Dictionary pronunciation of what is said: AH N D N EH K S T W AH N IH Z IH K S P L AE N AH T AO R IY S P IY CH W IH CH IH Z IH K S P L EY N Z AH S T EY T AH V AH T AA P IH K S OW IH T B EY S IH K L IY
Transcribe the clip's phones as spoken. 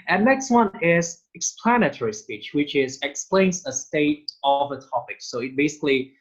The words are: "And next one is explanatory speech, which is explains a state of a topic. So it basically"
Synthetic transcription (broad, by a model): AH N N EH K S T W AH N IH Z IH K S P L AE N AH T AO R IY S P IY CH W IH CH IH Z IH K S P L EY N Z AH S T EY T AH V AH T AA P IH K S OW IH T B EY S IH K L IY